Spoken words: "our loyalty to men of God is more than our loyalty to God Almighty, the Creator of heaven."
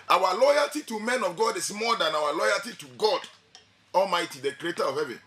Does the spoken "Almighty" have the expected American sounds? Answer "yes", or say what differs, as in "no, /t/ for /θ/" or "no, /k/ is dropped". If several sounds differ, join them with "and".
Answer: yes